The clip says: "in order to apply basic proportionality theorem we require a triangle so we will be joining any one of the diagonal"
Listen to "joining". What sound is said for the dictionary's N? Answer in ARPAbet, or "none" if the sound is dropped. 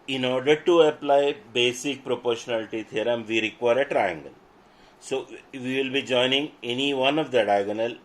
N